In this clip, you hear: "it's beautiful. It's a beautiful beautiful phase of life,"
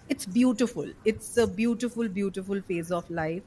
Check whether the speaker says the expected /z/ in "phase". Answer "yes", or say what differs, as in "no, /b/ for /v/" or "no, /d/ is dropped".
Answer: yes